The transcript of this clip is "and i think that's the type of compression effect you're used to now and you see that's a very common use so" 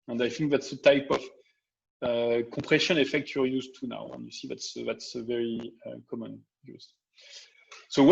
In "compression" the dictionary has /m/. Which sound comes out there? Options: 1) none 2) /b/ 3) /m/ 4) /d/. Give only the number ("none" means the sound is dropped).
1